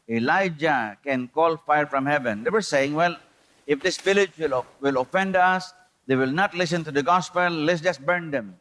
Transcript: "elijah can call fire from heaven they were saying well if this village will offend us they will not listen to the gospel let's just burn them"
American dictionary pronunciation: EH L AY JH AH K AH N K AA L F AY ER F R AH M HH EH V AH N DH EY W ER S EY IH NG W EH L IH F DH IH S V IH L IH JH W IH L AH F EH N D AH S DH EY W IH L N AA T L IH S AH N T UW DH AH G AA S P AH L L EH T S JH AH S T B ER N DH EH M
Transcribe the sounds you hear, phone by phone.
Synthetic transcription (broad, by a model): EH L AY JH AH K AH N K AA L F AY ER F R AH M HH EH V AH N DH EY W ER S EY IH NG W EH L IH F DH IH S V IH L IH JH W IH L AH F EH N D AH S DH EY W IH L N AA T L IH S AH N T UW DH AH G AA S P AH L L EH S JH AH S B ER N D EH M